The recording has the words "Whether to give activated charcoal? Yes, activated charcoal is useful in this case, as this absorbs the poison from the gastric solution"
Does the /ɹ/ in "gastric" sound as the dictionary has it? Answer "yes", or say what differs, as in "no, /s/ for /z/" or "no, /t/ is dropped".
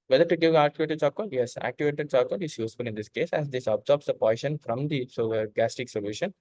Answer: no, /ɹ/ is dropped